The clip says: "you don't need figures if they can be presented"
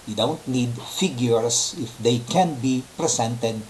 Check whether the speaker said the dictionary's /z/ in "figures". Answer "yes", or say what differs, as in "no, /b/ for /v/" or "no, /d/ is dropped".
no, /s/ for /z/